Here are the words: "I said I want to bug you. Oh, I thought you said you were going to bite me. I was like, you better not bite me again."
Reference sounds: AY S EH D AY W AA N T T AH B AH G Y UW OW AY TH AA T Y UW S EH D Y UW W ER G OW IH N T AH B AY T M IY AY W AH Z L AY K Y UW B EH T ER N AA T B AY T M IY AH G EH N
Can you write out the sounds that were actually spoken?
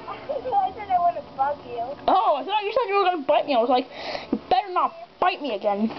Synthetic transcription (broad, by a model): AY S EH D AY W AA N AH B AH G Y UW OW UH S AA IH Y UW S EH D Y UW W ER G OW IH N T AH B AY T M IY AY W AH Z L AY K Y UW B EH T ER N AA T B AY T M IY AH G EH N